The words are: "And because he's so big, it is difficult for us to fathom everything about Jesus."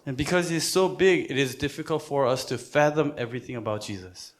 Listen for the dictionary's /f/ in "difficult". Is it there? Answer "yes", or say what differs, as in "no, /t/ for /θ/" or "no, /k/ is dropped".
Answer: yes